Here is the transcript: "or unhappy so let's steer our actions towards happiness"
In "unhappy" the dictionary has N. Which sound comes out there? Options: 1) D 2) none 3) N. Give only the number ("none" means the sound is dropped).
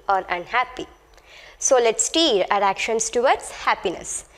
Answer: 3